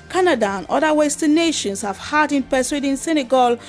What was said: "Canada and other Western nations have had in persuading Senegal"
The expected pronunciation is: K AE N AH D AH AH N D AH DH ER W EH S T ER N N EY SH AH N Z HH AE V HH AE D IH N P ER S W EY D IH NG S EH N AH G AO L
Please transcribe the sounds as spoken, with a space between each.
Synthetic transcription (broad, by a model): K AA N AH D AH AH N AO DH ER W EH S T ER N N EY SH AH N S HH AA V HH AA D IH N P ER S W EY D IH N S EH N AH G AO L